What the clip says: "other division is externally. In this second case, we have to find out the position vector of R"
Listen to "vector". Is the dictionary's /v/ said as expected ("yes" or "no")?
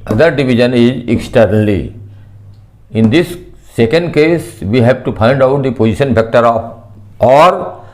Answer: no